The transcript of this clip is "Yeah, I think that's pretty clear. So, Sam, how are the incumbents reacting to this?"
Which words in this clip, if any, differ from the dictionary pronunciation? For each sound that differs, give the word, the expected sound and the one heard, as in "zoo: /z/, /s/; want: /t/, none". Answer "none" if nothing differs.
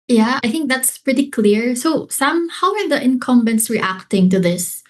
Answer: none